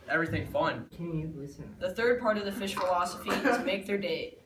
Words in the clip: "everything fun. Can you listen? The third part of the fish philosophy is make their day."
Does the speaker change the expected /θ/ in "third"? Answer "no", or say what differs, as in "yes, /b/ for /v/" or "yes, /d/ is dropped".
no